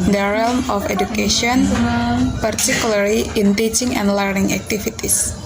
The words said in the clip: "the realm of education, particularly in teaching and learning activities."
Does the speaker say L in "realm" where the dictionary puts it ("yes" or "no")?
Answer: yes